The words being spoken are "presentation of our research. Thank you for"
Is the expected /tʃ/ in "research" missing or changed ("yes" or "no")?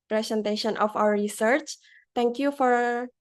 no